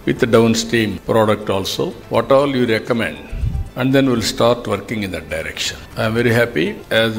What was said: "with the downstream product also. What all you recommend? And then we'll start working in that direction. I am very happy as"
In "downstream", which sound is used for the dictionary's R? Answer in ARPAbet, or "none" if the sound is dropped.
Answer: none